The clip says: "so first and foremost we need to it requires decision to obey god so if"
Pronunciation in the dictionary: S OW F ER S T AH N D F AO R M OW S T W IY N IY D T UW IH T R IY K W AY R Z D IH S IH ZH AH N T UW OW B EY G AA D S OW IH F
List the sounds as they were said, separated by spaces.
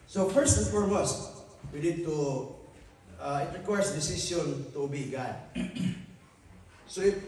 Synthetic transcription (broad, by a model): S OW F ER S T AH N F AO R M OW S T W IY N IY D T UW IH T R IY K W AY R S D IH S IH S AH N T UW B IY G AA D S OW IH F